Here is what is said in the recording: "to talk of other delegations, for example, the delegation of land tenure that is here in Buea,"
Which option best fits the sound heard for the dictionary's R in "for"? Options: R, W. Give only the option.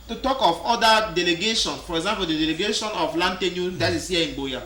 R